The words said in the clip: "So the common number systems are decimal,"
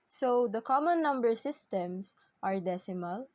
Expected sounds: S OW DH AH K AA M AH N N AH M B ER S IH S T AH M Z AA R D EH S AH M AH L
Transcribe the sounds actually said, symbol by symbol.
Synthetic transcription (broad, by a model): S OW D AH K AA M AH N N AH M B ER S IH S T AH M S AA R D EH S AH M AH L